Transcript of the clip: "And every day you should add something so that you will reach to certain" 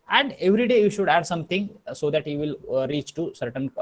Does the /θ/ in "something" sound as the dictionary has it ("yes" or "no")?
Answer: no